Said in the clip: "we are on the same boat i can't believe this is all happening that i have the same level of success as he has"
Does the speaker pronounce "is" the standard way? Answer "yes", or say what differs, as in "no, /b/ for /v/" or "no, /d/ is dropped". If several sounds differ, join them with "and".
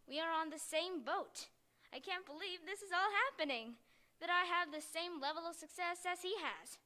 yes